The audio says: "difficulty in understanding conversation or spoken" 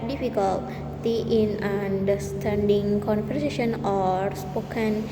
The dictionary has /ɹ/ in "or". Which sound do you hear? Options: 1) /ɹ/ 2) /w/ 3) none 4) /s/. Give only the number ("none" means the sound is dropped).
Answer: 1